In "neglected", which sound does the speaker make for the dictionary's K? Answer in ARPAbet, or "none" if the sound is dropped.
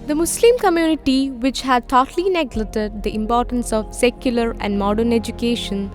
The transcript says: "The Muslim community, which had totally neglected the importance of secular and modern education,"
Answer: none